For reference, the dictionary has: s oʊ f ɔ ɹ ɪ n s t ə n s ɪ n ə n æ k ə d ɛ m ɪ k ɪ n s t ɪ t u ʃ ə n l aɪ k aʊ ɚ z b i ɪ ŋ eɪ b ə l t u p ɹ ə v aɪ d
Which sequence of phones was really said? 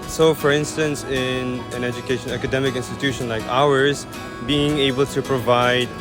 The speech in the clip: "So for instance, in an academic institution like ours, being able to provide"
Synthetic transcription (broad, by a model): s oʊ f ɔ ɹ ɪ n s t ə n s ɪ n ə n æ k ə d ɛ m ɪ k ɪ n s t ɪ t u ʃ ə n l aɪ k aʊ ɚ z b i ɪ ŋ eɪ b ə l t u p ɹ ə v aɪ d